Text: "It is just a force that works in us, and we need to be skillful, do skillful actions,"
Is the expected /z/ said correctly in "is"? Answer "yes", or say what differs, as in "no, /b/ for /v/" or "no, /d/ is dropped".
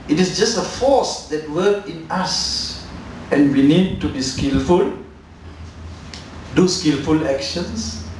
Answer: no, /s/ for /z/